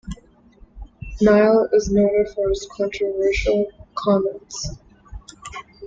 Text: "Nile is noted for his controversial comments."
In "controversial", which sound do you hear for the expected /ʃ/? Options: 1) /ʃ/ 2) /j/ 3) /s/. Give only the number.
1